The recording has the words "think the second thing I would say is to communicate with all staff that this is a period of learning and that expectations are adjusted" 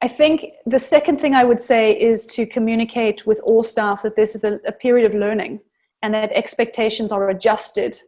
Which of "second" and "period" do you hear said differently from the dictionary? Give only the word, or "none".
none